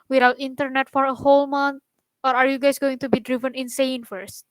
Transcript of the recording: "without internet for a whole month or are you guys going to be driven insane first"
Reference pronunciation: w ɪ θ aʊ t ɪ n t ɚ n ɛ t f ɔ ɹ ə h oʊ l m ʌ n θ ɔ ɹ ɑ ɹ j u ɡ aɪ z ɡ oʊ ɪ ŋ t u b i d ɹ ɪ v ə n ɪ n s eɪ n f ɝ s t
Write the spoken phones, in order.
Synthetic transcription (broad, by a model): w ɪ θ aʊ t ɪ n t ɚ n ɛ t f ɔ ɹ ə h oʊ l m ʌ n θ ɔ ɹ ɑ ɹ j u ɡ aɪ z ɡ oʊ ɪ ŋ t u b i d ɹ ɪ v ə n ɪ n s eɪ n f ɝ s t